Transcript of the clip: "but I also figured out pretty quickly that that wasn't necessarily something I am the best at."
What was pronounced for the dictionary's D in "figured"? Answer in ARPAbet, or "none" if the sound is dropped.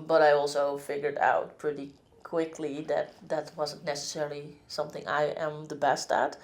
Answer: D